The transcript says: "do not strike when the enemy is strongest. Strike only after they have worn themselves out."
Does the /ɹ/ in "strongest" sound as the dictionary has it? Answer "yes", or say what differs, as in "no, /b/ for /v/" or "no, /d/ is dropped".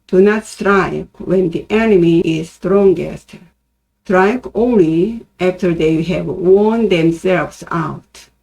yes